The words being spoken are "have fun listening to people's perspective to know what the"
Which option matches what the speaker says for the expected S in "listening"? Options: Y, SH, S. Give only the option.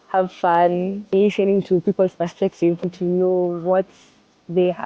SH